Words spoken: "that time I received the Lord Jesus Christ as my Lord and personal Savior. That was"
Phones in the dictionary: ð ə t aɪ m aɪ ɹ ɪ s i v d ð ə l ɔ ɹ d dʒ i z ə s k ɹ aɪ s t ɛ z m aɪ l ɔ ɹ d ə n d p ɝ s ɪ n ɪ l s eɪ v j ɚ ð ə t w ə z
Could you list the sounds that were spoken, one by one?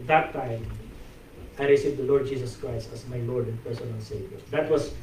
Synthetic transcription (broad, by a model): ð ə t aɪ m aɪ ɹ ɪ s i v d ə l ɔ ɹ d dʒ i s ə s k ɹ aɪ s t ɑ s m aɪ l ɔ ɹ d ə n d p ɝ s ɪ n ɪ l s eɪ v j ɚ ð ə t w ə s